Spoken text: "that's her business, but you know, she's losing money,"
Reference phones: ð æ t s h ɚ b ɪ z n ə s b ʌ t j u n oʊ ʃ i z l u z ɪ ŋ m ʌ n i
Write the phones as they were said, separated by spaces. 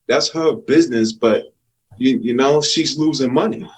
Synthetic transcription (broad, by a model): ð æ t s h ɚ b ɪ z n ə s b ʌ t j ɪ n oʊ ʃ i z l u z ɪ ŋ m ʌ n i